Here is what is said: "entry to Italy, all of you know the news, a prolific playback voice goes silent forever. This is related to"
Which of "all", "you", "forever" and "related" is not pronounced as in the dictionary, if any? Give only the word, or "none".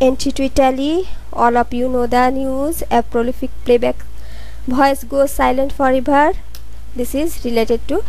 forever